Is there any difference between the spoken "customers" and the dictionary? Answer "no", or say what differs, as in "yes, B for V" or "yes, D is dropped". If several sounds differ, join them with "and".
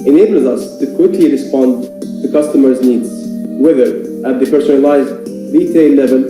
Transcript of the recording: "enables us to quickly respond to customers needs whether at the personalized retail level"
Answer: no